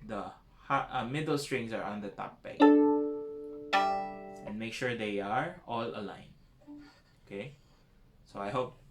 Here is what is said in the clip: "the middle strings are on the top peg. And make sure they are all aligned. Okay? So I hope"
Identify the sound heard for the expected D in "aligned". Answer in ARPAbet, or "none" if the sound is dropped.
none